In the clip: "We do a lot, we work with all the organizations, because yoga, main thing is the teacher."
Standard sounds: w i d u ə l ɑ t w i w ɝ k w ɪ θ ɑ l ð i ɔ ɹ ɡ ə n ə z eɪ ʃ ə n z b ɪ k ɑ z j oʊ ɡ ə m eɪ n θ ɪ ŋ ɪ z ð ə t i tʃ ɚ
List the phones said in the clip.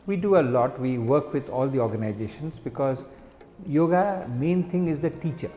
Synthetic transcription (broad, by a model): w i d u ə l ɑ t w i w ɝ k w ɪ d ɑ l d i ɔ ɹ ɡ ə n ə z eɪ ʃ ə n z b ɪ k ɑ z j oʊ ɡ ə m eɪ n t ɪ ŋ ɪ z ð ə t i tʃ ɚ